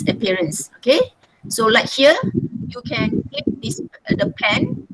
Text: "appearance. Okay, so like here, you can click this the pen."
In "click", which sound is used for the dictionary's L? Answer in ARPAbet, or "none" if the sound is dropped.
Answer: none